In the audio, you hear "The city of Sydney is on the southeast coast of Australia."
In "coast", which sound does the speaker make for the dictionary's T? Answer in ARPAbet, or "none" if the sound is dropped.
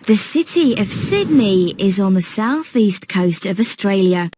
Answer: T